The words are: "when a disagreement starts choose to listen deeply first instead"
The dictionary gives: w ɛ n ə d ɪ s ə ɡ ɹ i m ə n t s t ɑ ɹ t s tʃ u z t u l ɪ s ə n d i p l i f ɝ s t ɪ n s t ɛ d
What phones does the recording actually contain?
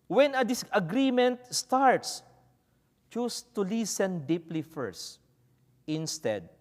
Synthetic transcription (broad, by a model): w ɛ n ə d ɪ s ə ɡ ɹ i m ə n t s t ɑ ɹ t s tʃ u s t u l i s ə n d i p l i f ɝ s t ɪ n s t ɛ d